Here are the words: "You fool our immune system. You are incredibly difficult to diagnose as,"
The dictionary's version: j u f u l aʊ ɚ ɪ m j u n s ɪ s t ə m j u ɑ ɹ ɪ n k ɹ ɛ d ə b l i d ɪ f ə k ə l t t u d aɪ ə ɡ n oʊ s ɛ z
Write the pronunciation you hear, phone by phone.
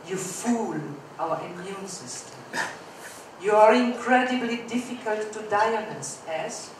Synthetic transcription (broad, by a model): j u f u l aʊ ɚ ɪ m j u n s ɪ s t ə m j u ɑ ɹ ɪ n k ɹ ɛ d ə b l i d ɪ f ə k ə l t t u d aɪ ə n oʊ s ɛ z